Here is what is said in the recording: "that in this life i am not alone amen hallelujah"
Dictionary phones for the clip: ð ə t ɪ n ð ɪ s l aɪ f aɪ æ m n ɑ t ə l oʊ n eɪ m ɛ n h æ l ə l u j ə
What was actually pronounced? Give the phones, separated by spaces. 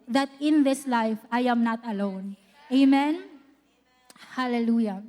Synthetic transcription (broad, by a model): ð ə t ɪ n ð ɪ s l aɪ f aɪ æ m n ɑ t ə l oʊ n eɪ m ɛ n h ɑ l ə l u j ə